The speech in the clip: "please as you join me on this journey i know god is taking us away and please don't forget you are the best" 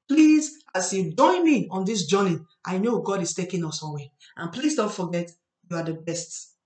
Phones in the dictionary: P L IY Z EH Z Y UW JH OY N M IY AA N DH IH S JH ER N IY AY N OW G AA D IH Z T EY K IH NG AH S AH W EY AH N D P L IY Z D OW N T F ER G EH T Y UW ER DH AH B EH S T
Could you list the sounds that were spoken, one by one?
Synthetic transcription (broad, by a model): P L IY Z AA S Y UW JH OY N M IY AA N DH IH S JH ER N IY AY N OW G AA D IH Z T EY K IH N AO S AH W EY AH N P L IY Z D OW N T F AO G EH T Y UW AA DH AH B EH S T